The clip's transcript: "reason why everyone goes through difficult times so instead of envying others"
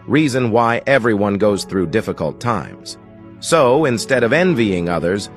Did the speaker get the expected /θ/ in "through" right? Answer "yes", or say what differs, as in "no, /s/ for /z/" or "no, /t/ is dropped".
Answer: yes